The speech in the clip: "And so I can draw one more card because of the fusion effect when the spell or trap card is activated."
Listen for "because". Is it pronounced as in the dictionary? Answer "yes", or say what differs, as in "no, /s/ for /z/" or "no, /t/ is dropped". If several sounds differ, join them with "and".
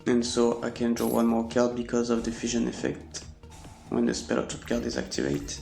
yes